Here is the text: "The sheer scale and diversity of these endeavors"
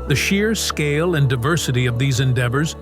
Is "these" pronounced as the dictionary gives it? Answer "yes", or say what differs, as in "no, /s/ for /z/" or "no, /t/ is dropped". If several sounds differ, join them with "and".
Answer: yes